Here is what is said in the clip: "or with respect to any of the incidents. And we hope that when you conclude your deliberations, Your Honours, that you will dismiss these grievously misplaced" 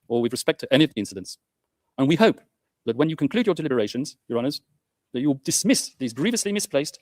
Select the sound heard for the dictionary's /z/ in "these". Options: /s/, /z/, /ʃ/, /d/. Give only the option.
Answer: /z/